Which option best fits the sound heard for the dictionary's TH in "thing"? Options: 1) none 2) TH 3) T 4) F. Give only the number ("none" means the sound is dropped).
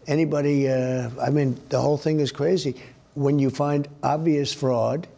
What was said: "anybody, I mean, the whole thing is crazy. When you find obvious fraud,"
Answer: 2